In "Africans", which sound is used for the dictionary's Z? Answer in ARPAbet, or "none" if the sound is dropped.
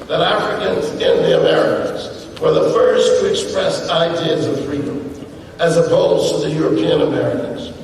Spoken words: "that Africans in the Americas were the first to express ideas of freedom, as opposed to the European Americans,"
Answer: Z